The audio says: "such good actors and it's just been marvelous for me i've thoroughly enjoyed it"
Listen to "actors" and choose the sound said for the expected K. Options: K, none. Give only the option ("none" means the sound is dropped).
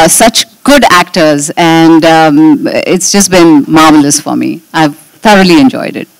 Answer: K